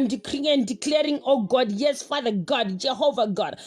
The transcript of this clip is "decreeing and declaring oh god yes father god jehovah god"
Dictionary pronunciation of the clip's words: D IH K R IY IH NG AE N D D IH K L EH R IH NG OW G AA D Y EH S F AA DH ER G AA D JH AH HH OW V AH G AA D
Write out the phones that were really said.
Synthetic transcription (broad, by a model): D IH K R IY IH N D D IH K L EH R IH NG OW G AA D Y EH S F AA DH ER G AA D JH AH HH OW V AH G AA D